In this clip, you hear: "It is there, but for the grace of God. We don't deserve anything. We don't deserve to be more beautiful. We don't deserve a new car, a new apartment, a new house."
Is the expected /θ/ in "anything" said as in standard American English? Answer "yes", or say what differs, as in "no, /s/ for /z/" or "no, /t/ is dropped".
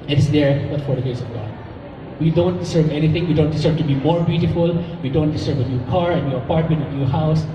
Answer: no, /t/ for /θ/